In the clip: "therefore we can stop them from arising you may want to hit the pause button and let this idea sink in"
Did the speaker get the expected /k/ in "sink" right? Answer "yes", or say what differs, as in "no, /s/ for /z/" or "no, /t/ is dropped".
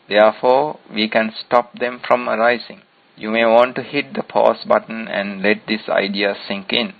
yes